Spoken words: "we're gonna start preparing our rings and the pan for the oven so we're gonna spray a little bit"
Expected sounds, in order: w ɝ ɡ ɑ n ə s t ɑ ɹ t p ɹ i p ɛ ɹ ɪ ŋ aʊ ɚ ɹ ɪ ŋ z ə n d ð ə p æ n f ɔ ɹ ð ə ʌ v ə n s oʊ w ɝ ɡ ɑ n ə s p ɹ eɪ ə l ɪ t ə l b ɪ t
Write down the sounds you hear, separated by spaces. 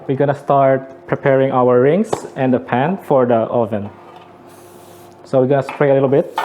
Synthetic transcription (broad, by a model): w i ɡ ɑ n ə s t ɑ ɹ t p ɹ i p ɛ ɹ ɪ ŋ aʊ ɚ ɹ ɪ ŋ s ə n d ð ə p æ n f ɔ ɹ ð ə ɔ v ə n s oʊ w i ɡ ɑ n ə s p ɹ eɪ ə l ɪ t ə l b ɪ t